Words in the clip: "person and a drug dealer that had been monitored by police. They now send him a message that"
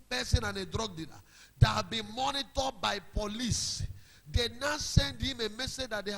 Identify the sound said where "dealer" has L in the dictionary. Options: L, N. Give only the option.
N